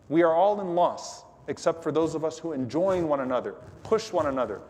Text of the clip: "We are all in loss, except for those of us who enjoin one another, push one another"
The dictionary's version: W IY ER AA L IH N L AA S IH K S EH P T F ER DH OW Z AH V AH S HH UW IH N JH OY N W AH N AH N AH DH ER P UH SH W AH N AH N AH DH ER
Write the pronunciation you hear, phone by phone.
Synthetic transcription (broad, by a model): W IY ER AA L IH N L AA S IH K S EH P T F ER DH OW Z AH V AH S HH UW IH N JH OY N W AH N AH N AH DH ER P UH SH W AH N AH N AH DH ER